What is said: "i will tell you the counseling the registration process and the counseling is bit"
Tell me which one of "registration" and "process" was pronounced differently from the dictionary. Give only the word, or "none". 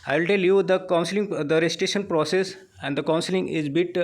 registration